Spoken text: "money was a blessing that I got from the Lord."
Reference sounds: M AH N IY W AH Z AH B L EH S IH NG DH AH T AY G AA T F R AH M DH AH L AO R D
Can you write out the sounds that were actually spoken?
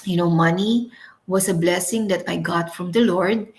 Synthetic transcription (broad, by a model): M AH N IY W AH S AH B L EH S IH NG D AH T AY G AA T F R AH M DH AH L AO R D